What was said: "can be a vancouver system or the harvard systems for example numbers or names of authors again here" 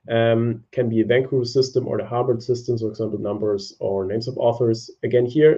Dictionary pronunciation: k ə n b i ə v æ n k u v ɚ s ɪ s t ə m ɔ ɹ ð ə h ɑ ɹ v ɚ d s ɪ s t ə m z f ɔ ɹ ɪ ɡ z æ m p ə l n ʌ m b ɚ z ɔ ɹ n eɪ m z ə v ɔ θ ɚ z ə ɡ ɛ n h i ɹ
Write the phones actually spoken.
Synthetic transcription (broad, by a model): k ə n b i ə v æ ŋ k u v s ɪ s t ə m ɔ ɹ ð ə h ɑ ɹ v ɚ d s ɪ s t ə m f ɔ ɹ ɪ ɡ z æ m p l n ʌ m b ɚ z ɔ ɹ n eɪ m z ə v ɔ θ ɚ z ə ɡ ɛ n h i ɹ